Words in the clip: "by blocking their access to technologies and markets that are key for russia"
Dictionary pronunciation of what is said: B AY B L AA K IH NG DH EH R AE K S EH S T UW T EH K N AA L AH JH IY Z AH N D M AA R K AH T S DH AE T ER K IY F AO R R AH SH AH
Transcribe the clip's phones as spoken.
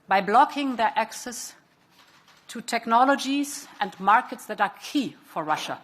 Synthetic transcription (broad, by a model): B AY B L AA K IH NG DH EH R AE K S EH S T UW T EH K N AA L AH JH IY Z AH N D M AA R K AH T S DH AE T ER K IY F AO R R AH SH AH